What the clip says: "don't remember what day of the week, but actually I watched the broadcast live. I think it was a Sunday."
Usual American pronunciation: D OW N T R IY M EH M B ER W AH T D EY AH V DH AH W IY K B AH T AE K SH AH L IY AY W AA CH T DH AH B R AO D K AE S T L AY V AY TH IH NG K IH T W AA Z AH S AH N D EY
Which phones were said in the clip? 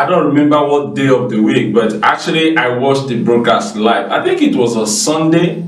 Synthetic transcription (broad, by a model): D OW N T R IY M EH M B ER W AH T D EY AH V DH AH W IY K B AH T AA K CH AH L IY AY W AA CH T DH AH B R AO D K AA S T L AY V AY TH IH NG K IH T W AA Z AH S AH N D EY